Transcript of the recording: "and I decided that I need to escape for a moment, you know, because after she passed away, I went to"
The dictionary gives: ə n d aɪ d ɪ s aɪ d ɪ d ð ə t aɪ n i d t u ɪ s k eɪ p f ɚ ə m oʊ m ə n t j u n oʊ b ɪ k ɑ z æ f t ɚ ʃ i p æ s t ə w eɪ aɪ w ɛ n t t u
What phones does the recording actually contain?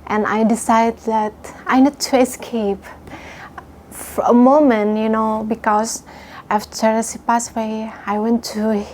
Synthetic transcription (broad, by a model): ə n aɪ d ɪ s aɪ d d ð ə t aɪ n i d t u ɪ s k eɪ p f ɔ ə m oʊ m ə n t j u n oʊ b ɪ k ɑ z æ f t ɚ s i p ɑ s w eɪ aɪ w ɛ n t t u